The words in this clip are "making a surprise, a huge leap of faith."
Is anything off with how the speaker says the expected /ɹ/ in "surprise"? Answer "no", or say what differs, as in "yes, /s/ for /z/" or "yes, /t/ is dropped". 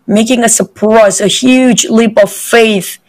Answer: yes, /ɹ/ is dropped